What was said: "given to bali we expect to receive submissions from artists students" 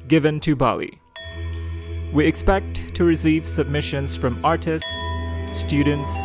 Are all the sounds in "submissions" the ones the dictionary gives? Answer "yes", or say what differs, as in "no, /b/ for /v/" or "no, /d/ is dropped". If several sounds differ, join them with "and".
yes